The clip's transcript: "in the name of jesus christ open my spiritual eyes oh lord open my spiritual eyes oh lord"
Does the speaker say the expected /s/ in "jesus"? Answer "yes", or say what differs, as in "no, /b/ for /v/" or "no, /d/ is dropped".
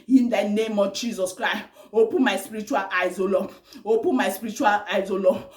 yes